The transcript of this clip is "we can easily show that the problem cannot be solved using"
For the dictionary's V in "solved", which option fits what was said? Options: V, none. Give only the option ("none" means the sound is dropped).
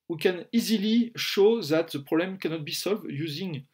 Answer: V